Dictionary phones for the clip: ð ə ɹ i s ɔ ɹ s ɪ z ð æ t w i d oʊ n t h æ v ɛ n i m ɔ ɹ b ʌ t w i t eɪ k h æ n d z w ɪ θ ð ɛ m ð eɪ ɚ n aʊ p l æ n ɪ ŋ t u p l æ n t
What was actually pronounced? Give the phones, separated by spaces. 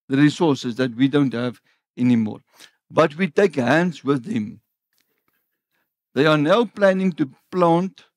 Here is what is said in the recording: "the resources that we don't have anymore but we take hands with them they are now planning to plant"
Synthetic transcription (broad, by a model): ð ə ɹ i s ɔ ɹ s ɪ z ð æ t w i d oʊ n t h æ v ɛ n i m ɔ ɹ b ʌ t w i t eɪ k h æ n d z w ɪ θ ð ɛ m ð eɪ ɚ n aʊ p l æ n ɪ ŋ t u p l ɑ n t